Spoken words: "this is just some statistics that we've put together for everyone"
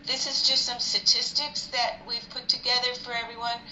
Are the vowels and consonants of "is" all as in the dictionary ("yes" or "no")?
yes